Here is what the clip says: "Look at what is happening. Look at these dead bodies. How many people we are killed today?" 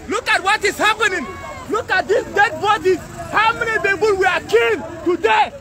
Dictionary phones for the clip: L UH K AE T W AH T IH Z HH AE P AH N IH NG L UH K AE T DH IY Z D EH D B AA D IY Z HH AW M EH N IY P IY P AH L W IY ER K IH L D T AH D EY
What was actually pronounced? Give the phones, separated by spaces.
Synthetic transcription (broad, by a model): L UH K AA T W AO T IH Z HH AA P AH N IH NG L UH K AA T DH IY S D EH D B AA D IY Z HH AW M EH N IY B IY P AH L W IY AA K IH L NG T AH D EY